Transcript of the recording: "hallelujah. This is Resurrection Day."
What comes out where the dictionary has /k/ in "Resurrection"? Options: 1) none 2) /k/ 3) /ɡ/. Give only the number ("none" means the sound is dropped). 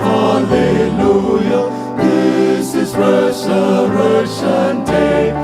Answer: 1